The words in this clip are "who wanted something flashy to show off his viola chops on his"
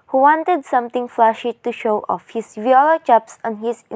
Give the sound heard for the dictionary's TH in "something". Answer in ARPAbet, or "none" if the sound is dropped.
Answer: T